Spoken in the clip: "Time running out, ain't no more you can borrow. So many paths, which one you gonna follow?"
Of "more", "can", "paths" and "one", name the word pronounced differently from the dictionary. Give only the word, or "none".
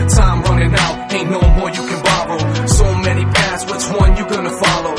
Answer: paths